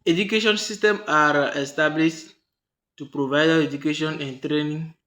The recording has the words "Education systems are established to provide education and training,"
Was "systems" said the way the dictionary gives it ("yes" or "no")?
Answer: no